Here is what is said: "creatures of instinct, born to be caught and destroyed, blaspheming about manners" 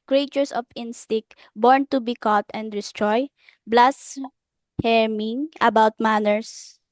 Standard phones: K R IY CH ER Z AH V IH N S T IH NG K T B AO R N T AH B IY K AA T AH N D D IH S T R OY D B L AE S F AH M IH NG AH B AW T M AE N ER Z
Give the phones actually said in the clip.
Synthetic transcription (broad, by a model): K R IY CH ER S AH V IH N S T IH K B AO R N T AH B IY K AA T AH N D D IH S T R OY B L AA S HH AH M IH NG AH B AW T M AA N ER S